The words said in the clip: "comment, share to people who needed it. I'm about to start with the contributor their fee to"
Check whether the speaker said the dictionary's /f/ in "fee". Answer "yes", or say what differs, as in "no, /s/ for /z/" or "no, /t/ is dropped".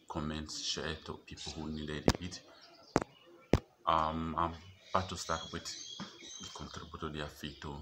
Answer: yes